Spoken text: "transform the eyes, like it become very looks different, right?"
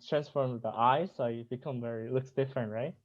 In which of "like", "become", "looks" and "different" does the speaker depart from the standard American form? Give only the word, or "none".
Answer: like